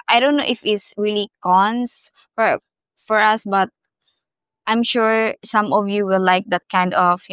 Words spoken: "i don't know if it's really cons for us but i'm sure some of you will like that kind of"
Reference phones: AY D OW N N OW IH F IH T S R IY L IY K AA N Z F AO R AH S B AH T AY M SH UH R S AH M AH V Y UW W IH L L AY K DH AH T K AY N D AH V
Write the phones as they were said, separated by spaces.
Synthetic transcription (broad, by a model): AY D OW N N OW IH F IH T S R IY L IY K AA N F F AO R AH S B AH T AY M SH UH R S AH M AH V Y UW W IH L L AY K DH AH T K AY N D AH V